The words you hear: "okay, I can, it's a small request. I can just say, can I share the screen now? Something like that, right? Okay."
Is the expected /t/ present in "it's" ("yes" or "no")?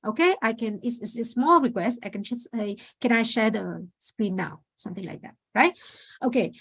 no